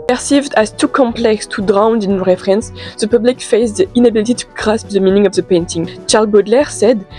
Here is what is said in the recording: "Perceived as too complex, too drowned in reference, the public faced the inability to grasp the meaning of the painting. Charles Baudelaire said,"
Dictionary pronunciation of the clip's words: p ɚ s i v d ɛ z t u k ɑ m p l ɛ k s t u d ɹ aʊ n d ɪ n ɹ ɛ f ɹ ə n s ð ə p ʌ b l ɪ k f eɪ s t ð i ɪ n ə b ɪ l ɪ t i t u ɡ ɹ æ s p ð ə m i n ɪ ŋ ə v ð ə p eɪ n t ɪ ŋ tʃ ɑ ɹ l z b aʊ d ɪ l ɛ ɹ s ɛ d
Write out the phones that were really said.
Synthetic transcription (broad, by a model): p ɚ s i v d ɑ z t u k ɑ m p l ɛ k s t u d ɹ aʊ n d ɪ n ɹ ɛ f ɹ ə n s ð ə p ʌ b l ɪ k f eɪ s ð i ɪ n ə b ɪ l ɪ t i t u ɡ ɹ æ s p ð ə m i n ɪ ŋ ə v ð ə p eɪ n t ɪ ŋ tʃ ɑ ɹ l b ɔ d l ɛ ɹ s ɛ d